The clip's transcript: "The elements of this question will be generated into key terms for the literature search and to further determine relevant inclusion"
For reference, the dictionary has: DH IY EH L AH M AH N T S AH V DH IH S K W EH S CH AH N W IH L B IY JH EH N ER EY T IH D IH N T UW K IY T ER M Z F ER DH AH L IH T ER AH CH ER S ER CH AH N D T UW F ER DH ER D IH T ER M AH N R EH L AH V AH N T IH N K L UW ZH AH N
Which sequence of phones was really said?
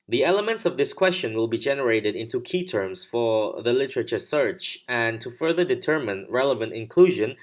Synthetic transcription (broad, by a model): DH IY EH L AH M AH N T S AH V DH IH S K W EH S CH AH N W IH L B IY JH EH N ER EY T IH D IH N T UW K IY T ER M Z F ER DH AH L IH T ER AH CH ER S ER CH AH N T UW F ER DH ER D IH T ER M AH N R EH L AH V AH N T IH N K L UW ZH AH N